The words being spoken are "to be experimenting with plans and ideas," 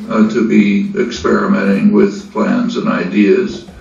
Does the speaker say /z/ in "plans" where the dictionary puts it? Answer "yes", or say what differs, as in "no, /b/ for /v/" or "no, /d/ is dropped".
yes